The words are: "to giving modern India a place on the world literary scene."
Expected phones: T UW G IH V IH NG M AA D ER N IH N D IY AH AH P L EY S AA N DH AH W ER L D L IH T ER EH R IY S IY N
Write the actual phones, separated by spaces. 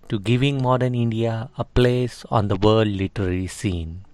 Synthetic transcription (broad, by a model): T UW G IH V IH NG M AA D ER N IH N D IY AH AH P L EY S AA N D AH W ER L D L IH T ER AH L IY S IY N